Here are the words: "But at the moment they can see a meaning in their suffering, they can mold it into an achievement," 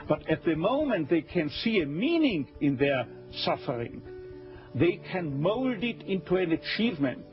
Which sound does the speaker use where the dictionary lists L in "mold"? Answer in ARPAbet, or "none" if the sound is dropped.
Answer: L